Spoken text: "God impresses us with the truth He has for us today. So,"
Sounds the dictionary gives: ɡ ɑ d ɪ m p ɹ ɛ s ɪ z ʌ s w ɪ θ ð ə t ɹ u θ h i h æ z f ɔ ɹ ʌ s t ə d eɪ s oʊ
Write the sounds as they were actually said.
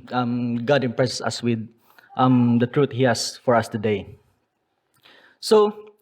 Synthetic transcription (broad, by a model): ɡ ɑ d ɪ m p ɹ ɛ s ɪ s ʌ s w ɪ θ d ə t ɹ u t h i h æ s f ɔ ɹ ʌ s t ə d eɪ s oʊ